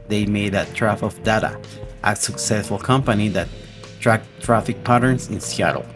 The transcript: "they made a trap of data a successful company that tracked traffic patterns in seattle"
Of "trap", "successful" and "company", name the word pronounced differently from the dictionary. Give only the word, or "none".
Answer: trap